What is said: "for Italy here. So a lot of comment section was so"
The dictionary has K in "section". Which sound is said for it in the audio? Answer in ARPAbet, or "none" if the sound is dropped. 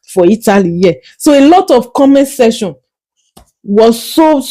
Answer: none